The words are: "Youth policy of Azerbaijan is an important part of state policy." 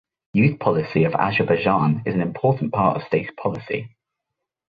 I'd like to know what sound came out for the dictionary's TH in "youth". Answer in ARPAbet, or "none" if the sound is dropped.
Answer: TH